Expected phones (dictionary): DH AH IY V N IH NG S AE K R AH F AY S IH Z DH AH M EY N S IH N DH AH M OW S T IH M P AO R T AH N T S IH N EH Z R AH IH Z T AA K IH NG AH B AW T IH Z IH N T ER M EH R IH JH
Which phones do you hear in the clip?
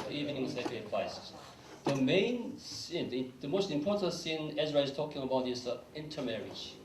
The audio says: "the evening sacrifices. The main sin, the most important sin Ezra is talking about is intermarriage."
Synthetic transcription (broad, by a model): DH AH IY V N IH NG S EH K AH P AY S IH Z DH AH M EY N S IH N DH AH M OW S T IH M P AO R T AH N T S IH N EH Z R AH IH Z T AA K IH NG AH B AW T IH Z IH N T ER M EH R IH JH